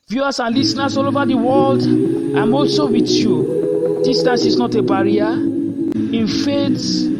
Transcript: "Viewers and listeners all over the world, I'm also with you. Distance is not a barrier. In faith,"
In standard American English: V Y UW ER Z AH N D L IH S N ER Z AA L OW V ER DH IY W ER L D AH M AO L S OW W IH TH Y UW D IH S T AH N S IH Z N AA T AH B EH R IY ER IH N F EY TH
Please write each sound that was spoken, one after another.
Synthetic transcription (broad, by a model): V Y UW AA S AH N L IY S N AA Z AA L OW V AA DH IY W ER L D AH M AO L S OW W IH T Y UW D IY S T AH S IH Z N AA T AH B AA R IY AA IH N F EY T